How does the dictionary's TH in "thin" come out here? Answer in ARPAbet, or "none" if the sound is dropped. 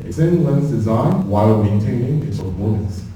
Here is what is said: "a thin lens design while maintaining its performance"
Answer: S